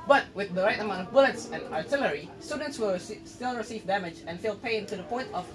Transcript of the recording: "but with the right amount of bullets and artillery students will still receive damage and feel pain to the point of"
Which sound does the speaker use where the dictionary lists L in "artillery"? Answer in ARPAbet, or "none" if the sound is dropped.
L